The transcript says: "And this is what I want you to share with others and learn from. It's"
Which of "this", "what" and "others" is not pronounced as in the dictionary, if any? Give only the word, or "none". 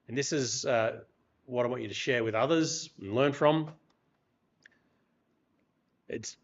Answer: none